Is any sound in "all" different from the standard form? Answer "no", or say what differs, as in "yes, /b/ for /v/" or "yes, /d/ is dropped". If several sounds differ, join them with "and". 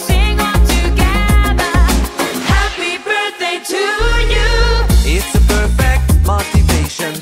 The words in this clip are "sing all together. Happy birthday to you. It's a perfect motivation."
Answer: yes, /n/ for /l/